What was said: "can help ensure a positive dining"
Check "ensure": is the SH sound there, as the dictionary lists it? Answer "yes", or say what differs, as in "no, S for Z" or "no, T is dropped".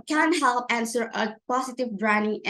no, S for SH